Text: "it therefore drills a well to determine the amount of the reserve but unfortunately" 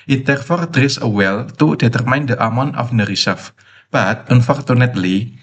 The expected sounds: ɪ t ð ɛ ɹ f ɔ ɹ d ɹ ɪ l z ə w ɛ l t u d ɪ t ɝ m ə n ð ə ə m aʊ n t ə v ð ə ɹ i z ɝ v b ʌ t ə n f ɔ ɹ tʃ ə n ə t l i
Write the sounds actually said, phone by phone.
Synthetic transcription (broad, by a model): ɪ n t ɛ ɹ f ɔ ɹ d ɹ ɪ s ə w ɛ l t u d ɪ t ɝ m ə n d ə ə m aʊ n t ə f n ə ɹ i s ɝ f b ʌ t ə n f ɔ ɹ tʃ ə n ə t l i